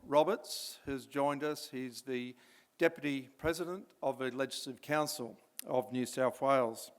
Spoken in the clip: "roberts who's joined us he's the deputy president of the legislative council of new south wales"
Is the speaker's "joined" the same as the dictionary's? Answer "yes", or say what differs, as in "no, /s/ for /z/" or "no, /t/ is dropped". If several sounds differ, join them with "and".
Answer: yes